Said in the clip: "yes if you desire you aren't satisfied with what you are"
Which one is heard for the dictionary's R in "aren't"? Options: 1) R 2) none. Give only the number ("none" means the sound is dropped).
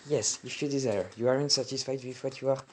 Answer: 1